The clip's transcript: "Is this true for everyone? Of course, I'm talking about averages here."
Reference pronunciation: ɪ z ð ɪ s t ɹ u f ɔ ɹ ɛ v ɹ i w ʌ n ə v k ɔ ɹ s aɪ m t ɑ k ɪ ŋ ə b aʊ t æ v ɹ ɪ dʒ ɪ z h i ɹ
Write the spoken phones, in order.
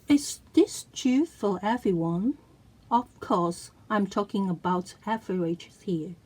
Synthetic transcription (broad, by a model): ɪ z ð ɪ s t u f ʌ l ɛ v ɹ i w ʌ n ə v k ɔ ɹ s aɪ m t ɑ k ɪ ŋ ə b aʊ t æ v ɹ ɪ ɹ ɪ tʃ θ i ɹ